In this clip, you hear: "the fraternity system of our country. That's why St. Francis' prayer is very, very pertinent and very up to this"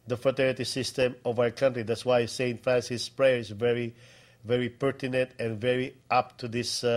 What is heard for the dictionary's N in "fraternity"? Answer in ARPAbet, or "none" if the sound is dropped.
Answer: none